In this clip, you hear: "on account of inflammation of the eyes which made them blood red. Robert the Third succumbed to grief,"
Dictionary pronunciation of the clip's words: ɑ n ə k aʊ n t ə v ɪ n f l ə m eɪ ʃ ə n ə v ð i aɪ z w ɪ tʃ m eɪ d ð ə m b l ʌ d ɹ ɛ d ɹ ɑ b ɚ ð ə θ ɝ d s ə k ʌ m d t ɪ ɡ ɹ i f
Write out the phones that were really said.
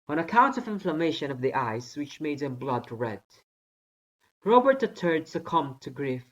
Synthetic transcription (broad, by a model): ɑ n ə k aʊ n t ə v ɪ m f l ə m eɪ ʃ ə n ə v ð i aɪ s w ɪ tʃ m eɪ d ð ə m b l ʌ d ɹ ɛ d ɹ ɑ b ɚ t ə t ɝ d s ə k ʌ m t ɪ ɡ ɹ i f